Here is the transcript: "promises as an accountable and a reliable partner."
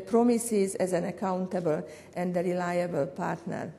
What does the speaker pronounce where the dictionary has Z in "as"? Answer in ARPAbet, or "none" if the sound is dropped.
Z